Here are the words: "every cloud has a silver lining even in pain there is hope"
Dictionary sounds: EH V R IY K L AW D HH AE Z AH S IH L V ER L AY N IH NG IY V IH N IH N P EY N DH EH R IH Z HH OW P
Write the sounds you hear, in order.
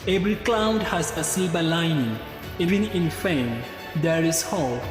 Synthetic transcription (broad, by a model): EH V R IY K L AW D HH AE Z AH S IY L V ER L AY N IH NG IY V IH N IH N F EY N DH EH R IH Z HH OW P